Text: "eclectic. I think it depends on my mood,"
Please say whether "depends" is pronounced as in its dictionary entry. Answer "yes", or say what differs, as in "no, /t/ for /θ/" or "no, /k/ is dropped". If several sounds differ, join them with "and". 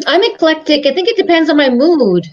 yes